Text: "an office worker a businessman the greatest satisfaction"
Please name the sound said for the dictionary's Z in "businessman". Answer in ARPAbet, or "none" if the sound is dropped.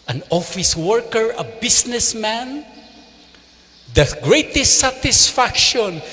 S